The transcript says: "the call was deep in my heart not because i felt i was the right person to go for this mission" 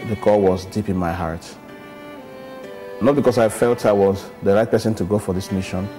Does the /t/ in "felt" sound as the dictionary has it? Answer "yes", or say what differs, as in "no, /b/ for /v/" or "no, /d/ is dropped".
yes